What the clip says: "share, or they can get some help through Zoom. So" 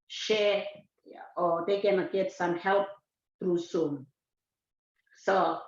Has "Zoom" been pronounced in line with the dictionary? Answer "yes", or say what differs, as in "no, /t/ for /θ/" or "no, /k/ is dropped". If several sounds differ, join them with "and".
no, /s/ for /z/